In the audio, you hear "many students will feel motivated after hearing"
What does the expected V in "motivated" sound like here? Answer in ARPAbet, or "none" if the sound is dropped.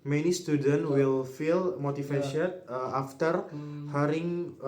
F